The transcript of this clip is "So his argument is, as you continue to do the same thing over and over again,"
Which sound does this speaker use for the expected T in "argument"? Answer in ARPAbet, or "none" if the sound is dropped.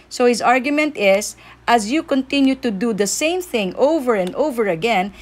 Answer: T